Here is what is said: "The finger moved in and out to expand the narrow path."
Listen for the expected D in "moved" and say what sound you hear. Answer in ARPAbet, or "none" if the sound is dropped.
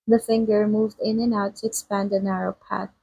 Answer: D